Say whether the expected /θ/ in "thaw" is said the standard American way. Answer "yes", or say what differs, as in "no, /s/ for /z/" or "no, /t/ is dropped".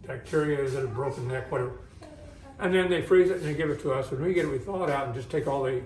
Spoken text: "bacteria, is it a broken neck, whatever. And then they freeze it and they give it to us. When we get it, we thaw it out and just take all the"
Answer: yes